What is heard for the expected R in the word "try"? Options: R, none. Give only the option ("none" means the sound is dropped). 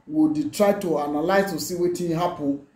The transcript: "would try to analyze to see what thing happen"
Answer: R